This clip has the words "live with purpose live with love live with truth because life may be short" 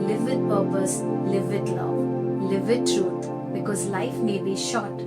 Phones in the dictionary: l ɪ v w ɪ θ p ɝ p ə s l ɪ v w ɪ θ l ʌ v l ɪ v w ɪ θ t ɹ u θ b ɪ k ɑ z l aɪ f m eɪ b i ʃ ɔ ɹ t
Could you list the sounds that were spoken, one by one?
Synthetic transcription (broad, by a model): l ɪ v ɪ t p ɝ p ə s l ɪ v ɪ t l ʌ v l ɪ v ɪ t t ɹ u t b ɪ k ɑ z l aɪ f m eɪ b i ʃ ɔ t